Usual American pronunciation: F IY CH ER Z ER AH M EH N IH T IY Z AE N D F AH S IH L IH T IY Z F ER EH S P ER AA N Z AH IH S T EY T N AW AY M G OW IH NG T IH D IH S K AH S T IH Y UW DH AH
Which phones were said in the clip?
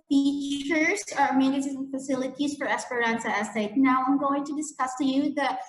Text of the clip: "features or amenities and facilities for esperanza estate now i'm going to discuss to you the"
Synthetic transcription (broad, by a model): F IY CH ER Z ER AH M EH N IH S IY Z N F AH S IH L IH T IY Z F ER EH S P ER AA N S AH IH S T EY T N AW AY M G OW IH NG T IH D IH S K AH S T IH Y UW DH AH